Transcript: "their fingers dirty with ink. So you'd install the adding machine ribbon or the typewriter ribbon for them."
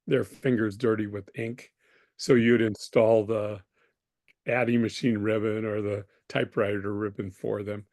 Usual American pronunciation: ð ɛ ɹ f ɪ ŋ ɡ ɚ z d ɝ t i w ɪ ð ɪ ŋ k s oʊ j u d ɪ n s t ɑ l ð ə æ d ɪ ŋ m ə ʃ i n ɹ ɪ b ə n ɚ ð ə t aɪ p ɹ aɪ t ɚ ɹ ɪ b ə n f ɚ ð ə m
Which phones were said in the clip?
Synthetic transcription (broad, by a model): ð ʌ ɹ f ɪ ŋ ɡ ɚ z d ɝ t i w ɪ ð ɪ ŋ k s oʊ j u d ɪ n s t ɑ l ð ə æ d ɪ m ə ʃ i n ɹ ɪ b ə n ɚ ð ə t aɪ p ɹ aɪ t ɚ ɹ ɪ b ə n f ɚ ð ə m